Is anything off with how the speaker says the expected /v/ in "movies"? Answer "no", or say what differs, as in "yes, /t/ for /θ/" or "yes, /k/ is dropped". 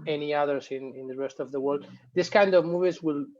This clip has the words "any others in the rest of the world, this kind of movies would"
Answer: no